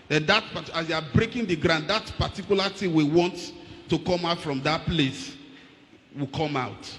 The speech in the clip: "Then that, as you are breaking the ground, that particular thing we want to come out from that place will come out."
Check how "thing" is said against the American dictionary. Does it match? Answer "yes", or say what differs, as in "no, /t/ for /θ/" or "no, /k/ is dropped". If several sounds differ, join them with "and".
no, /t/ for /θ/